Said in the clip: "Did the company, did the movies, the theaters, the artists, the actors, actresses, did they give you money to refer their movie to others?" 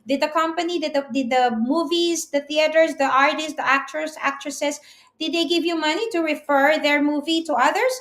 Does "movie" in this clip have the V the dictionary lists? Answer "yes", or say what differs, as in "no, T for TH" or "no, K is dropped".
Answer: yes